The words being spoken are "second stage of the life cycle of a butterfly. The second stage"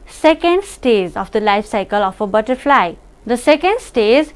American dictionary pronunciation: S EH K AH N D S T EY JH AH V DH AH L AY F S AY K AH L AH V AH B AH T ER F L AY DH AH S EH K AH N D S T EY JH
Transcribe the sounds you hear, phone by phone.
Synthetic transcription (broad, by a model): S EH K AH N D S T EY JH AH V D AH L AY F S AY K AH L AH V AH B AH T ER F L AY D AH S EH K AH N D S T EY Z